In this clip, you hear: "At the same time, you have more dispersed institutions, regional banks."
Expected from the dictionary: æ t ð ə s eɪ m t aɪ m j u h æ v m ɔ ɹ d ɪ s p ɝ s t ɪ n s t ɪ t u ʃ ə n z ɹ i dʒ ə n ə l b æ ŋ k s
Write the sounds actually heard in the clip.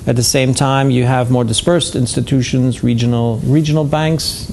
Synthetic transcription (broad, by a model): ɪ t ð ə s eɪ m t aɪ m j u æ v m ɔ ɹ d ɪ s p ɝ s t ɪ n s t ɪ t u ʃ ə n z ɹ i dʒ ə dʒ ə l b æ ŋ k s